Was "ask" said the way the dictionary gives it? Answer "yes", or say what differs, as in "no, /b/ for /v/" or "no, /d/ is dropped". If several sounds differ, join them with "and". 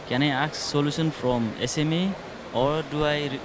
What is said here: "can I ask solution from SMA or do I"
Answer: no, /s/ is dropped